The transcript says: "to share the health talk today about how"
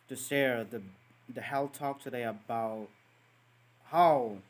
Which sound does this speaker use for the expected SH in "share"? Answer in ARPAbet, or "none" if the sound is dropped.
S